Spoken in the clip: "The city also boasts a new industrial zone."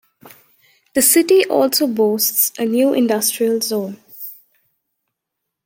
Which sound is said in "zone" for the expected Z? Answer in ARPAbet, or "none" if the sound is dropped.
Z